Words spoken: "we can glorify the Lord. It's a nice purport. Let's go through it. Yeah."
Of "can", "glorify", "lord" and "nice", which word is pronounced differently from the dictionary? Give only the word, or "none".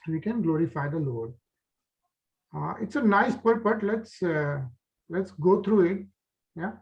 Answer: none